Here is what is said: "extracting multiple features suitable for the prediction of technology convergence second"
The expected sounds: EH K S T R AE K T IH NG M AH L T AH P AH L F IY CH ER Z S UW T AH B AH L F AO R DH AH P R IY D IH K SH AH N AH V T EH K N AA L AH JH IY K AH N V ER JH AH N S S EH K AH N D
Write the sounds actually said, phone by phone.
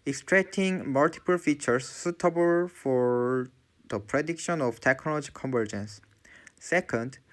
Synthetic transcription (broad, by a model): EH K S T R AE K T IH NG M AH L T AH P AH L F IY CH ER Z S UW T AH B AH L F AO R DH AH P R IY D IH K SH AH N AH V T EH K N AA L AH JH IY K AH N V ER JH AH N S S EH K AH N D